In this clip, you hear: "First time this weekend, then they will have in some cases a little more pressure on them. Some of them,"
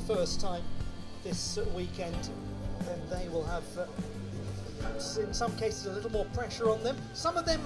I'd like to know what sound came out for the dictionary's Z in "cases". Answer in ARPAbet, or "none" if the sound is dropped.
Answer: Z